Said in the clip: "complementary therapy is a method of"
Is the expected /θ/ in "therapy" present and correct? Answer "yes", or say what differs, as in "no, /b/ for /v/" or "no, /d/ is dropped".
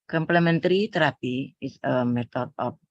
no, /t/ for /θ/